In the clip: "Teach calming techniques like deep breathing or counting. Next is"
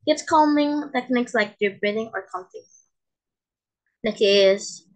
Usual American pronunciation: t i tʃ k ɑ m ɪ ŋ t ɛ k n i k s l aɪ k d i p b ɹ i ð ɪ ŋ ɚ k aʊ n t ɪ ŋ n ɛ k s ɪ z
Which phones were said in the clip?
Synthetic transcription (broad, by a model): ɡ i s k ɑ m ɪ ŋ t ɛ k n i k s l aɪ k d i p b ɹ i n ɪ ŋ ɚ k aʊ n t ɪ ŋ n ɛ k ɪ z